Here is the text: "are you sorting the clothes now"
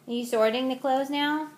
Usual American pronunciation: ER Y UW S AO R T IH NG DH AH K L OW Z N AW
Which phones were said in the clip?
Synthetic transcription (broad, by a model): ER Y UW S AO R T IH NG DH AH K L OW Z N AW